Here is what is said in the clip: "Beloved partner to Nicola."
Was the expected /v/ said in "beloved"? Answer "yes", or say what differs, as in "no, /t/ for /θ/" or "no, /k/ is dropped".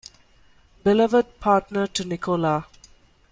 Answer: yes